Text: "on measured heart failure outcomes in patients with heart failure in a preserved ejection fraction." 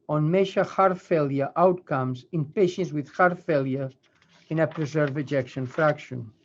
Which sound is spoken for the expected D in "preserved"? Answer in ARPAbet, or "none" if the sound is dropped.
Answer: none